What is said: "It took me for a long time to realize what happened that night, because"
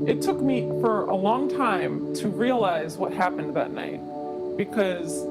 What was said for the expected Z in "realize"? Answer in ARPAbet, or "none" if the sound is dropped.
Z